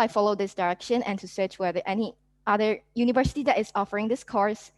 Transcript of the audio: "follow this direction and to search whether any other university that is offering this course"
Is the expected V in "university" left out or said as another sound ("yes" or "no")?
no